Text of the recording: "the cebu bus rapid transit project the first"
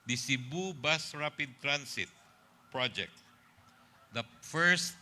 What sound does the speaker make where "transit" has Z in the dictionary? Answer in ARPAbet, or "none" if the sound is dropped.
S